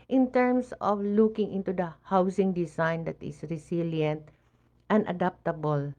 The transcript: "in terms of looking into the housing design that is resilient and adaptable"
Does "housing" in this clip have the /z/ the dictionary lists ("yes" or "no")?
no